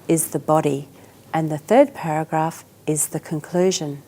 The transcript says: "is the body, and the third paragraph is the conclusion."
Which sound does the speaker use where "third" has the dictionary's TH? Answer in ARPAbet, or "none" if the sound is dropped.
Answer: TH